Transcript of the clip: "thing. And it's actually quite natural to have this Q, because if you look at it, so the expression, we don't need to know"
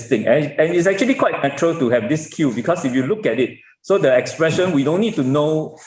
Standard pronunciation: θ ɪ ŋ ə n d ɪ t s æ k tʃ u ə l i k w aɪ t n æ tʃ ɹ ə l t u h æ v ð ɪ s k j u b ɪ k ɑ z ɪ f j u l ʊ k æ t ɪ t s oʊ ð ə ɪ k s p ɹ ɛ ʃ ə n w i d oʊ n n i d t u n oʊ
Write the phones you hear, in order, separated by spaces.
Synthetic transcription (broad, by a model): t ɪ ŋ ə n ɪ t s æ k tʃ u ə l i k w aɪ t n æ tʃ ɹ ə l t u h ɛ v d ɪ s k j u b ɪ k ɑ s ɪ f j u l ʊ k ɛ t ɪ t s oʊ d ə ɪ k s p ɹ ɛ ʃ ə n w i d oʊ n n i d t u n oʊ